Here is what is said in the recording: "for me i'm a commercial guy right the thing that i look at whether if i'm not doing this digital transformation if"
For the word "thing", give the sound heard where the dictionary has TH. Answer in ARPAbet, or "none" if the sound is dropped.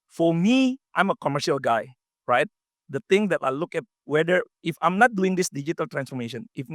T